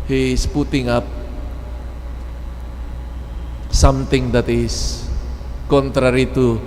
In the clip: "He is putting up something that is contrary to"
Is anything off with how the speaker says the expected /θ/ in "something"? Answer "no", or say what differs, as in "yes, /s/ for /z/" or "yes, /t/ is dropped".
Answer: yes, /t/ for /θ/